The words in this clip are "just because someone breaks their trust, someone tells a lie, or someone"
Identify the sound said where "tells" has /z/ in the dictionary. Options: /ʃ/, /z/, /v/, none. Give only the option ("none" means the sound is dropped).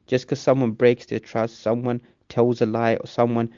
/z/